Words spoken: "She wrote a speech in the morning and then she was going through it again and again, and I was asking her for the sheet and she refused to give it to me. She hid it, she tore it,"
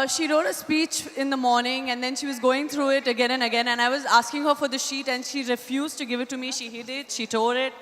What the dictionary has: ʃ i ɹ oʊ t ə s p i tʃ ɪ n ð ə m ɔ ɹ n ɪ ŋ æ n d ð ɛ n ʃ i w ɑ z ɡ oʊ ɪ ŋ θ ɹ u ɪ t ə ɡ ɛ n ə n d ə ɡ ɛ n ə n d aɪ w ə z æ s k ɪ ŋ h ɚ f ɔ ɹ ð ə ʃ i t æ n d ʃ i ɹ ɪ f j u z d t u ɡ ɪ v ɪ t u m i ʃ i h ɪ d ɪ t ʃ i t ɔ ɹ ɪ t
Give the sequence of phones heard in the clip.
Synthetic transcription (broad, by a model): ʃ i ɹ oʊ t ə s p i tʃ ɪ n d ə m ɔ ɹ n ɪ ŋ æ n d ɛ n ʃ i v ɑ z ɡ oʊ ɪ ŋ t ɹ u ɪ t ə ɡ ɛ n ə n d ə ɡ ɛ n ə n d aɪ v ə z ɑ s k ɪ ŋ h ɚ f ɔ ɹ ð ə ʃ i t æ n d ʃ i ɹ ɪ f j u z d t u ɡ ɪ v ɪ t u m i ʃ i h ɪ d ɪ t ʃ i t ɔ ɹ ɪ t